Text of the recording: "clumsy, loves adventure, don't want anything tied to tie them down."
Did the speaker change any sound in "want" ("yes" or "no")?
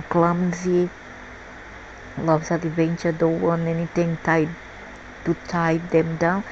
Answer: yes